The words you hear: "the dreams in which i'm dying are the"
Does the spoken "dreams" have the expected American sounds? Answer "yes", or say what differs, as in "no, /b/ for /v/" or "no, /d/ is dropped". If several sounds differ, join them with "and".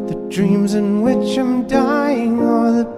yes